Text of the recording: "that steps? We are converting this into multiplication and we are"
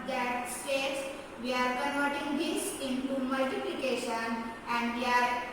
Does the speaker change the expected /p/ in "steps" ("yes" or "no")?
yes